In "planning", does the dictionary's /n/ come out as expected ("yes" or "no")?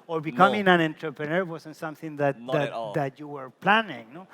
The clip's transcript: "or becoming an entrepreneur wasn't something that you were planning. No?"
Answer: yes